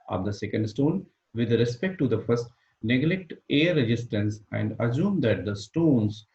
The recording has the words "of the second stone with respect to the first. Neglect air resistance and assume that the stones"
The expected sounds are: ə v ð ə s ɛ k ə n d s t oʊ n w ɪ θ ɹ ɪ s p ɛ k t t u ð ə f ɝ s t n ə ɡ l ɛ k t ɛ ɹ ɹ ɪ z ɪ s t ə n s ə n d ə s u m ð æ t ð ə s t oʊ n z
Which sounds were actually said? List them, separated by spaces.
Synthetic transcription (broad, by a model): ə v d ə s ɛ k ə n d s t oʊ n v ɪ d ɹ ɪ s p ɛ k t t u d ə f ɝ s t n ə ɡ l ɛ k t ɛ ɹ ɹ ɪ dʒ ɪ s t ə n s ə n d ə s u m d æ t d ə s t oʊ n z